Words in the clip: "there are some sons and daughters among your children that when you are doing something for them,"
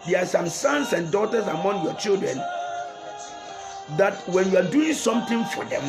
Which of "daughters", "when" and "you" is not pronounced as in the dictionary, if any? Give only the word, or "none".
daughters